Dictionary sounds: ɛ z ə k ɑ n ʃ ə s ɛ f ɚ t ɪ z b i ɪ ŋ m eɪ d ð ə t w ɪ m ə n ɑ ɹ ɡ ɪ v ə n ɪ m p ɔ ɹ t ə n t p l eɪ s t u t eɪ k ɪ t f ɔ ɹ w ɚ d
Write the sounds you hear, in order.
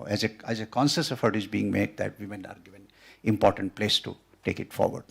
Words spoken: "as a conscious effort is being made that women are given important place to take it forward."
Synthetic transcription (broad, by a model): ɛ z ə k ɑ n s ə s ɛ f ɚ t ɪ z b i ɪ ŋ m eɪ d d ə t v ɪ m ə n ɑ ɹ ɡ ɪ v ə n ɪ m p ɔ ɹ t ə n t p l eɪ s t u t eɪ k ɪ t f ɔ ɹ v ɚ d